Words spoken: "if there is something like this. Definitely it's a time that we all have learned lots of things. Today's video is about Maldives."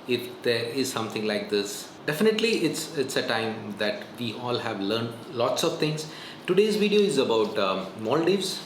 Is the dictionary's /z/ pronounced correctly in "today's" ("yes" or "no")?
yes